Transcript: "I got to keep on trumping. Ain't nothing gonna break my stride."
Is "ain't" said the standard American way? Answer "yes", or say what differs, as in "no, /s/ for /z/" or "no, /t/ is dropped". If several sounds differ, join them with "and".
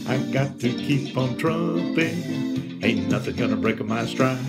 no, /n/ is dropped